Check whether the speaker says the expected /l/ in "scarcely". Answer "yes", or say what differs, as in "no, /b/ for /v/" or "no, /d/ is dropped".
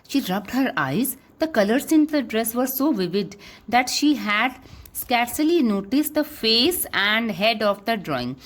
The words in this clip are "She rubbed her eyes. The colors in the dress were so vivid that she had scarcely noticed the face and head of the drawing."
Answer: yes